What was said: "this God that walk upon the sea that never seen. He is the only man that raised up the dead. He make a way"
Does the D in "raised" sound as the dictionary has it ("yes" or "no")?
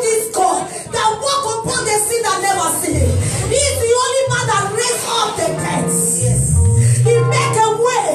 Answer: no